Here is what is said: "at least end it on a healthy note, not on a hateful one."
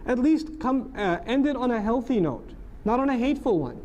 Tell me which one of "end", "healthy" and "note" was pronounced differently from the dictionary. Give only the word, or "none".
none